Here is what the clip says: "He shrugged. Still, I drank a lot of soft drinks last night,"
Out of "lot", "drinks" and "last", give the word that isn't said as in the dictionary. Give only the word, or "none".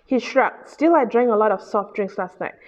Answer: none